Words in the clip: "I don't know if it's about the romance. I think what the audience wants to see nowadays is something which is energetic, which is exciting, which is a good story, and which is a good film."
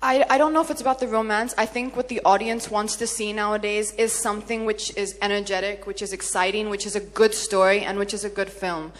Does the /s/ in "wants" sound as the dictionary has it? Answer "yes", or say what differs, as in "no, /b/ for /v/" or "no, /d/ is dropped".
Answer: yes